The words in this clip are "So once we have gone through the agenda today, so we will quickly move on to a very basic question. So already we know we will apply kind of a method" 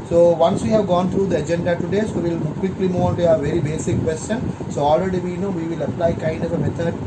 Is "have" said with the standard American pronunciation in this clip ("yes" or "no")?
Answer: yes